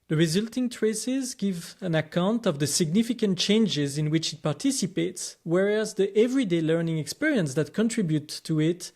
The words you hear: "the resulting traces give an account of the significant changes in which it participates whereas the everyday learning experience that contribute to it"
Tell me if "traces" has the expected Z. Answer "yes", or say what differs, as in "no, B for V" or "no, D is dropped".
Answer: yes